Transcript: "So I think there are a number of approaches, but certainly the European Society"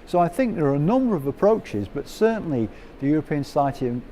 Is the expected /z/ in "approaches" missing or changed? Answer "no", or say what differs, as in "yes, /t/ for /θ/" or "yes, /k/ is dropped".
no